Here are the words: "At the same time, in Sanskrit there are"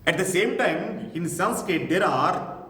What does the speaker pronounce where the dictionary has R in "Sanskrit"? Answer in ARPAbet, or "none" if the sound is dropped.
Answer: none